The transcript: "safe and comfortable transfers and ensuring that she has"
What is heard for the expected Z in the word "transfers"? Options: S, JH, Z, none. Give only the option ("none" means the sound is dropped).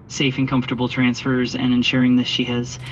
Z